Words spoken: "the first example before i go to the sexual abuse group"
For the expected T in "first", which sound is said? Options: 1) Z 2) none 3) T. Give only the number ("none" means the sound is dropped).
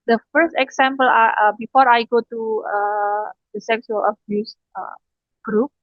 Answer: 3